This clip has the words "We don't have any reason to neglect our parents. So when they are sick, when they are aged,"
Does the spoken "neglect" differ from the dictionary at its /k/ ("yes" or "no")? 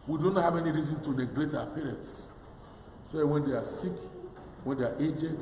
yes